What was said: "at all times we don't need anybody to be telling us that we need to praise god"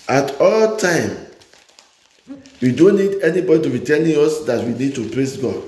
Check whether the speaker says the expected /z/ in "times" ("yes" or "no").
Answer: no